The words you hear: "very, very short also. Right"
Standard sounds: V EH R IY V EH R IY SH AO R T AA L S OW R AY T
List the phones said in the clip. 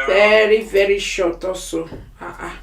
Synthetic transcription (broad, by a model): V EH R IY V EH R IY SH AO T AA S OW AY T